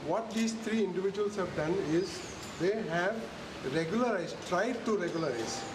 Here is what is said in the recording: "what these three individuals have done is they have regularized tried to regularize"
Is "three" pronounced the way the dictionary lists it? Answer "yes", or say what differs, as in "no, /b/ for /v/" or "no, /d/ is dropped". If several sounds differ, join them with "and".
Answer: no, /t/ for /θ/